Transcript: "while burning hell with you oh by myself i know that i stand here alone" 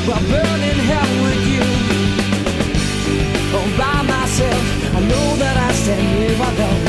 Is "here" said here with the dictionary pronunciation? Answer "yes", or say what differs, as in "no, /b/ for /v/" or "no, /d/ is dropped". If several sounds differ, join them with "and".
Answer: no, /w/ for /ɹ/